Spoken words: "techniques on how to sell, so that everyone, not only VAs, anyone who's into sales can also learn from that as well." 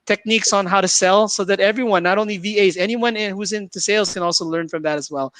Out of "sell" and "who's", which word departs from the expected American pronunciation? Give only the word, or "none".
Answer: none